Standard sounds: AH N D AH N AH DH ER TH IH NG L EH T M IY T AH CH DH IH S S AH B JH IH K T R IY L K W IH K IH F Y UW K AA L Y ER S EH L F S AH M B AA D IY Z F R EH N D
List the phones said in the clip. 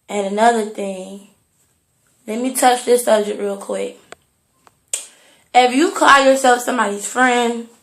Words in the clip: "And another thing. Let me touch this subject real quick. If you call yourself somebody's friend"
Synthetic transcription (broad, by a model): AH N AH N AH DH ER TH IH NG L EH T M IY T AH CH DH IH S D AH JH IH T R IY L K W IH K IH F Y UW K AA L Y ER S EH L F S AH M B AA D IY Z F R EH N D